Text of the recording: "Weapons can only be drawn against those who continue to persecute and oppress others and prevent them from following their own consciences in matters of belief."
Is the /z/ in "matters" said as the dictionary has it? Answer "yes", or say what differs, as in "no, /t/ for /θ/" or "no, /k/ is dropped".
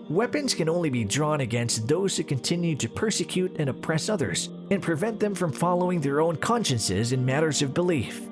yes